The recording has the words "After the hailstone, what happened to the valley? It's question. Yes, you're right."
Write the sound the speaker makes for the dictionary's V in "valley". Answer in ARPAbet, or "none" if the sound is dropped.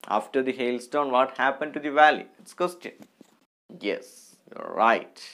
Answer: V